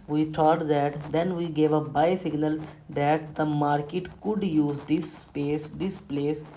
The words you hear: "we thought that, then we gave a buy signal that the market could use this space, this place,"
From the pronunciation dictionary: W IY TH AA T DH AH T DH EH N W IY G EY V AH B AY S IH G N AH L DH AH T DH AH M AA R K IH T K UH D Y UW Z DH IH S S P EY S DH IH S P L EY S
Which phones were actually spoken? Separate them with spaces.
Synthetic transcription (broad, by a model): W IY T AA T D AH T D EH N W IY G EY V AH B AY S IH G N AH L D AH T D AH M AA R K IH T K UH D Y UW Z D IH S S P EY S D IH S P L EY S